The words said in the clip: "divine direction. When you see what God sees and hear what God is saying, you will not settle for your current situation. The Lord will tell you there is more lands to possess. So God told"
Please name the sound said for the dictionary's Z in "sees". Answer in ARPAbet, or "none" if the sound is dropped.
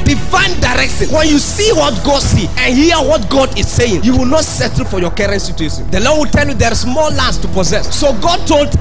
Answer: none